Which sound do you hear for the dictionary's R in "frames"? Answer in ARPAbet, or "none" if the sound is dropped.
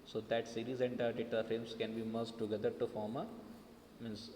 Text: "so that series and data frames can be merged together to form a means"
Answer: none